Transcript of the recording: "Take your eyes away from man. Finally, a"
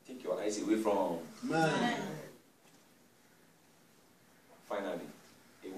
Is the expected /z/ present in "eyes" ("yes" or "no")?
no